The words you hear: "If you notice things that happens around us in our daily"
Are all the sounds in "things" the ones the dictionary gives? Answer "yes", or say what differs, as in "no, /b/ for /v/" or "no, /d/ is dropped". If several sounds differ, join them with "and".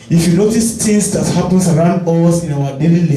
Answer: no, /t/ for /θ/